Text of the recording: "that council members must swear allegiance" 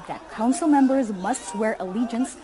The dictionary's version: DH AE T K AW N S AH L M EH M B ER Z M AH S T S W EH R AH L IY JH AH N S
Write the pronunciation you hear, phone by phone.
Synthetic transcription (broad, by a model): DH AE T K AW N S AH L M EH M B ER Z M AH S T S W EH R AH L IY JH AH N S